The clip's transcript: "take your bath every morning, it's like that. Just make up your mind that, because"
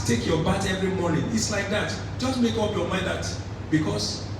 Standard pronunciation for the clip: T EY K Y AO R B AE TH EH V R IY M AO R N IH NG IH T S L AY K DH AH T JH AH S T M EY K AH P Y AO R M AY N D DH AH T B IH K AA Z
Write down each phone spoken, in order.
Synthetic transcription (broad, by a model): T EY K Y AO B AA T EH V R IY M AO N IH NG IH T S L AY K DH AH T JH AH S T M EY K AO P Y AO M AY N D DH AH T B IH K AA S